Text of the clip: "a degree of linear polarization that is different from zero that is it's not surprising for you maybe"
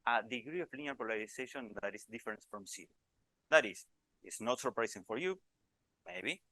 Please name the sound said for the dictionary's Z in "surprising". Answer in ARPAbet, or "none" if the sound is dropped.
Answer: S